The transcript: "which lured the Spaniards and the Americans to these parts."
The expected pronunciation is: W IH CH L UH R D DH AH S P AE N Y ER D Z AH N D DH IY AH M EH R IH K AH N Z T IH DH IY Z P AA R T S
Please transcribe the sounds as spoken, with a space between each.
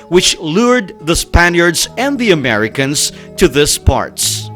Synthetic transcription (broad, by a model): W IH CH L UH R D DH AH S P AE N Y ER D Z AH N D DH IY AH M EH R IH K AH N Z T IH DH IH S P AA R T S